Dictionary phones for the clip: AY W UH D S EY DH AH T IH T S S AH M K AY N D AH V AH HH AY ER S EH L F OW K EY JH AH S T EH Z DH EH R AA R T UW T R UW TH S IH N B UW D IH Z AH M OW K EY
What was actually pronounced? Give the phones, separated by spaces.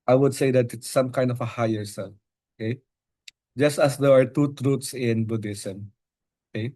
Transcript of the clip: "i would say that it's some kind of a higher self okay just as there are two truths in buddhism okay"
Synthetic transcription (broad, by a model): AY W UH D S EY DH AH T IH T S S AH M K AY N D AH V AH HH AY ER S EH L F OW K EY JH AH S T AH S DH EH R AA R T UW T R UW T S IH N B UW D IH S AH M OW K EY